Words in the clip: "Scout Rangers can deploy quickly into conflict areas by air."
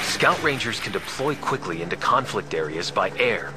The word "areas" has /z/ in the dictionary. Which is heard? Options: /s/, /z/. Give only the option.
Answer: /z/